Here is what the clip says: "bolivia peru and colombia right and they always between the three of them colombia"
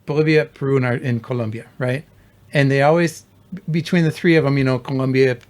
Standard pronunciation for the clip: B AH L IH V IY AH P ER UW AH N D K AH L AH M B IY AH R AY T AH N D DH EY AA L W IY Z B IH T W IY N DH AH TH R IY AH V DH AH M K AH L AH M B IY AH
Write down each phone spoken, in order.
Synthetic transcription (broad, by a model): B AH L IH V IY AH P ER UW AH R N K AH L AH M B IY AH R AY T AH N DH EY AA L W IY Z B IH T W IY N DH AH TH R IY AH V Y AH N K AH L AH M B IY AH